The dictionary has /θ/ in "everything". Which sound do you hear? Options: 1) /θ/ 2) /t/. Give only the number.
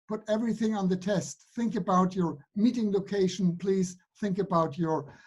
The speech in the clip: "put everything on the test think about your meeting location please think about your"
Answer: 1